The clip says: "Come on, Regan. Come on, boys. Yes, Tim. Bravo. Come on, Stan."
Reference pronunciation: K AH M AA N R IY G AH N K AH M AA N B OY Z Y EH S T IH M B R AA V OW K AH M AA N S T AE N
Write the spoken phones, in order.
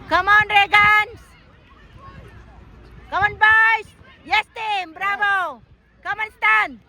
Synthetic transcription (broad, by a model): K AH M AA N R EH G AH N K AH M AA N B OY S Y EH S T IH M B R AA B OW K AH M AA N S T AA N